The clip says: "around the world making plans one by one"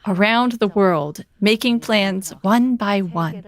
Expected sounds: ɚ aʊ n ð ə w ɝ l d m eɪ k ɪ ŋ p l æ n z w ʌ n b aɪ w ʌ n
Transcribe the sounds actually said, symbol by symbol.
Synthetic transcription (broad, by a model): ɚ aʊ n ð ə w ɝ l d m eɪ k ɪ ŋ p l æ n z w ʌ n b aɪ w ʌ n